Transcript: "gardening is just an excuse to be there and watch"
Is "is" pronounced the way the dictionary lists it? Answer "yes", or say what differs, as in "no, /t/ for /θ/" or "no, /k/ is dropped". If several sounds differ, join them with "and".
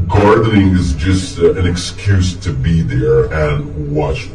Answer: yes